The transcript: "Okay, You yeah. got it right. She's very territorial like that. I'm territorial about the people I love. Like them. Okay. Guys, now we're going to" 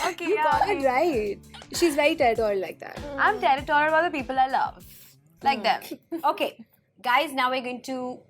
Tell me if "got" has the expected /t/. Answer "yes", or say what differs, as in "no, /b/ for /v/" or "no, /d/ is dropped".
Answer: no, /t/ is dropped